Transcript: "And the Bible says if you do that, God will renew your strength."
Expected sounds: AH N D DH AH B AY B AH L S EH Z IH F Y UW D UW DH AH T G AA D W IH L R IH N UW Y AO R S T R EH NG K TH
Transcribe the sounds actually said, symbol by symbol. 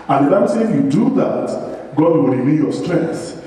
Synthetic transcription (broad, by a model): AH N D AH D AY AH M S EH IH F Y UW D UW DH AH T G AA D W IH L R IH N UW Y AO S T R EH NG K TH